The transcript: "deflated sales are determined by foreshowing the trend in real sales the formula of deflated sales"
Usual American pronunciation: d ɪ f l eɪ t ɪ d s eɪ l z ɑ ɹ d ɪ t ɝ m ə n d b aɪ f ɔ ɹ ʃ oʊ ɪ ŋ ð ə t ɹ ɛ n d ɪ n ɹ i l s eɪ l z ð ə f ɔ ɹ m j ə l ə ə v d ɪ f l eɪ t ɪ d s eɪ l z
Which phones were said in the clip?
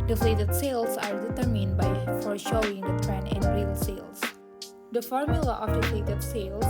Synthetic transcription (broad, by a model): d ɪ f l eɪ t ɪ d s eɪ l s ɑ ɹ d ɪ t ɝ m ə n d b aɪ f ɔ ɹ ʃ oʊ ɪ ŋ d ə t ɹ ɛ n ɪ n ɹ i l s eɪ l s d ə f ɔ ɹ m j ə l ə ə f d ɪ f l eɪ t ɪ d s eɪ l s